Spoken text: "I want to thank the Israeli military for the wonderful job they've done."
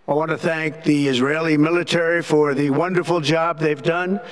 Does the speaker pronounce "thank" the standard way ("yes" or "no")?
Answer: yes